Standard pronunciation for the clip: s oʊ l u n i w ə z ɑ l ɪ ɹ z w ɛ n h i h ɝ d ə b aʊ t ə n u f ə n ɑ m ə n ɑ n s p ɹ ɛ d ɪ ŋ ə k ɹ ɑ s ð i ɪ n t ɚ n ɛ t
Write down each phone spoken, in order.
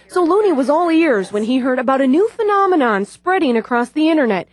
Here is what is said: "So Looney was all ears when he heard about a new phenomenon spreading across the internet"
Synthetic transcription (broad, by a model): s oʊ l u n i w ə z ɑ l ɪ ɹ z w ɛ n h i h ɝ d ə b aʊ t ə n u f ə n ɑ m ə n ɑ n s p ɹ ɛ d ɪ ŋ ə k ɹ ɑ s ð i ɪ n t ɚ n ɛ t